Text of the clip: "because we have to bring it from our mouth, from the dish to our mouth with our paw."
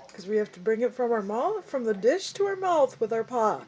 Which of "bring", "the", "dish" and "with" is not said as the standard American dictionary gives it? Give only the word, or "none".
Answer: none